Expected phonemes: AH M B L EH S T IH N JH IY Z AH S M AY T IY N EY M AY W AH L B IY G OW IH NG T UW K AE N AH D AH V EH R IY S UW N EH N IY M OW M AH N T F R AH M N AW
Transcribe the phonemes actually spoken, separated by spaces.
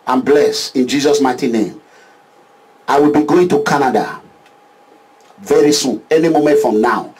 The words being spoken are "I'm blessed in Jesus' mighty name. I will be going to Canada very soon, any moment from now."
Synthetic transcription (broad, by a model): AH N B L EH S IH N JH IY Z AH S M AY T IY N EY M AY W AH L B IY G OW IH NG T UW K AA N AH D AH V EH R IY S UW N EH N IY M OW M AH N T F R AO M N AW